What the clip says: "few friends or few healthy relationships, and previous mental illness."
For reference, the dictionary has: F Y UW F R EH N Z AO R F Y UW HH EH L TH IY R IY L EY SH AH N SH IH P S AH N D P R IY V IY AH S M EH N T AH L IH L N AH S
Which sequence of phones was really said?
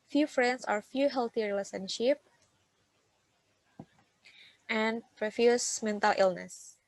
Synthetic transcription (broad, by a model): F Y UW F R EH N S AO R F Y UW HH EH L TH IY R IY L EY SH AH N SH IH P AH N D P R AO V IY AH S M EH N T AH L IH L N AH S